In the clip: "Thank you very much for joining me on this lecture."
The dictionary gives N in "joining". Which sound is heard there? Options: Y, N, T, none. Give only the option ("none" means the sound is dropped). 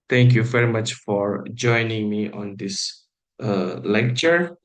N